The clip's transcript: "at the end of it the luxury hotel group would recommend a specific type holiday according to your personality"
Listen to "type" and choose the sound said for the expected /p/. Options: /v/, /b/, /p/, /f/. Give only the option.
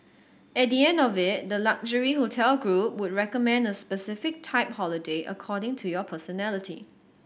/p/